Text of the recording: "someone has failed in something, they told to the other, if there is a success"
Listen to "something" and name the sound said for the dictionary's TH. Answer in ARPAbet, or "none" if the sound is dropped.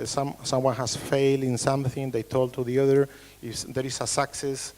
TH